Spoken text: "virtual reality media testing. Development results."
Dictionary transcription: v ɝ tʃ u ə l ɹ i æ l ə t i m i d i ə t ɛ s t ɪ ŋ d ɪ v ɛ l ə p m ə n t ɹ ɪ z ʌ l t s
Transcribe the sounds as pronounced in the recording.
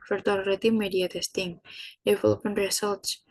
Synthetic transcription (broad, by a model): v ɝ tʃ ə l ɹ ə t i m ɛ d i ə t ɛ s t ɪ ŋ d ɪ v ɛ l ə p ə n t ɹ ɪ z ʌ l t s